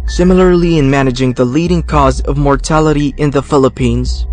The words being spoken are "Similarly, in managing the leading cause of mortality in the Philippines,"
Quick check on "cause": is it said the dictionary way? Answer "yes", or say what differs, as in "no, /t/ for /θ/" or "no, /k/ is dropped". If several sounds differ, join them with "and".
yes